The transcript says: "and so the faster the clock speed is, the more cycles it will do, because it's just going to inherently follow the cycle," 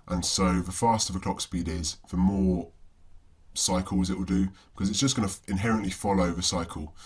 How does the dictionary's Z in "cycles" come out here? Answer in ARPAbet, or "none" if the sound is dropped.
Z